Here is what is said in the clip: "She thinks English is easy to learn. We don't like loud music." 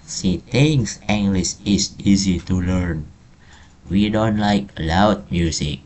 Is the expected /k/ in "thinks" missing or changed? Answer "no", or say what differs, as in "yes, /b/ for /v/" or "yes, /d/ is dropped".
yes, /k/ is dropped